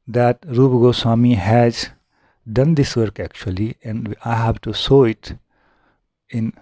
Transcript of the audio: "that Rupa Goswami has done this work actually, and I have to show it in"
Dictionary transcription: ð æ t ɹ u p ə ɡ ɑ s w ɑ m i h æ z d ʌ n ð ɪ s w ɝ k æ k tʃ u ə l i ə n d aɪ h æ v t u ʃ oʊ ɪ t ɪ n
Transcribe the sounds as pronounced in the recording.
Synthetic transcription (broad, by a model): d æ t ɹ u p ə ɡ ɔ s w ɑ m i h æ z d ʌ n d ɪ s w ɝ k æ k tʃ u ə l i ə n d aɪ h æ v t u s oʊ ɪ t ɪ n